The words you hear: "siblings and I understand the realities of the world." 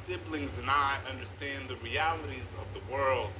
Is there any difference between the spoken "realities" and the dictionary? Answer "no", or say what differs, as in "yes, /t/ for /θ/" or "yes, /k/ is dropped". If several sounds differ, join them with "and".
no